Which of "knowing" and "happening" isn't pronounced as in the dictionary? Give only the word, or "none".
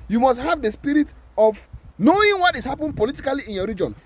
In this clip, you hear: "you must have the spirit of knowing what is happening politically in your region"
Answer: happening